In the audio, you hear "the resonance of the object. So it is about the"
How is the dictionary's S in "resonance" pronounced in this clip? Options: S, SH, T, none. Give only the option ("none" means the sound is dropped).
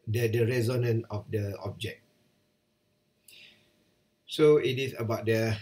none